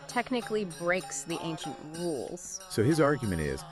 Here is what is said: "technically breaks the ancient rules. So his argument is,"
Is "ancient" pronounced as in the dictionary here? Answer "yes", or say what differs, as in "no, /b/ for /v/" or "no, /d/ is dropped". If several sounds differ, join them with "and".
yes